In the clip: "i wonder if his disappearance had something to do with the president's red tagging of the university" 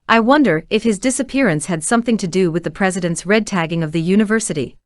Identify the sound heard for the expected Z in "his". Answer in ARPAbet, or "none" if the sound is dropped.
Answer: Z